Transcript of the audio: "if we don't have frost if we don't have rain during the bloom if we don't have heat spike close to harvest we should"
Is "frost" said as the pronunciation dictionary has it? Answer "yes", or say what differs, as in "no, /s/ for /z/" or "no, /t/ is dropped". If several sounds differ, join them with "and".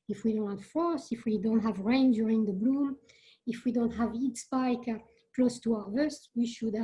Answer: no, /t/ is dropped